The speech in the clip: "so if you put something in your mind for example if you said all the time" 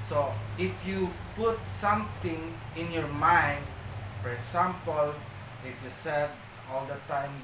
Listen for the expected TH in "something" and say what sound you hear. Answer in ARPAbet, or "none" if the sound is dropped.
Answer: T